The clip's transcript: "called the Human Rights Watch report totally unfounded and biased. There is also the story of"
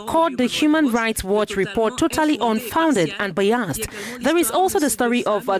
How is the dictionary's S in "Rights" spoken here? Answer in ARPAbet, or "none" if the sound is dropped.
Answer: S